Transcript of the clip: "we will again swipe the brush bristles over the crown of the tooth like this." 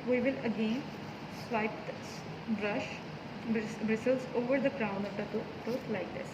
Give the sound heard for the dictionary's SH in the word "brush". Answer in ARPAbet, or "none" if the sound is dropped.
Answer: SH